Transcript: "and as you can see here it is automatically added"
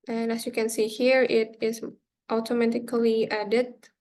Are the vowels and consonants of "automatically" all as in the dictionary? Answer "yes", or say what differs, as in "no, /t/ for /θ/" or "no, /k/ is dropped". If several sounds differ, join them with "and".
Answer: yes